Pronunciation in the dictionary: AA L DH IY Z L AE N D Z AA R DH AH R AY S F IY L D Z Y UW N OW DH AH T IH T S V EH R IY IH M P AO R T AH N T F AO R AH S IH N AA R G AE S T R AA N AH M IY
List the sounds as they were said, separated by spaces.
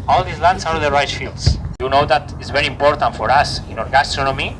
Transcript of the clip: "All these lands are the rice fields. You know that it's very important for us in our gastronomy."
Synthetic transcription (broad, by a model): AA L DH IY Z L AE N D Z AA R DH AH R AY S F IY L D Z Y UW N OW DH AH T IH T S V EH R IY IH M P AO R T AH N T F AO R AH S IH N AA R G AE S T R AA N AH M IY